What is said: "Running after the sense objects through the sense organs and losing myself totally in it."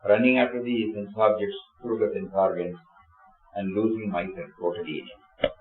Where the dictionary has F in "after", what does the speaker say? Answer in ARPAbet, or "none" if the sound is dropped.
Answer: none